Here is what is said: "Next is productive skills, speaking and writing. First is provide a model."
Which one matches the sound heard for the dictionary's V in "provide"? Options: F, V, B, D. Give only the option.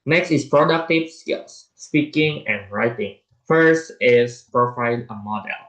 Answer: F